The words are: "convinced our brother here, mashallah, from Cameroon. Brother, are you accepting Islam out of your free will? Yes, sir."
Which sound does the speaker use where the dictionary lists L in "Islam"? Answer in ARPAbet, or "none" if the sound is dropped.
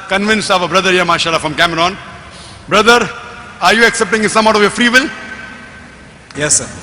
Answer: none